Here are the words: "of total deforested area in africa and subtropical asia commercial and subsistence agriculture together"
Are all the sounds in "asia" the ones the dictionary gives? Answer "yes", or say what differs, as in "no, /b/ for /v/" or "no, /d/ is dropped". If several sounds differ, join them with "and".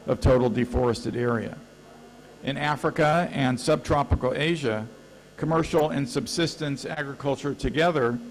yes